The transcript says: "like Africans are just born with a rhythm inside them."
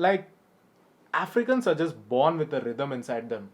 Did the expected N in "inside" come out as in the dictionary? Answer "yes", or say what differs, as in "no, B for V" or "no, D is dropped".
yes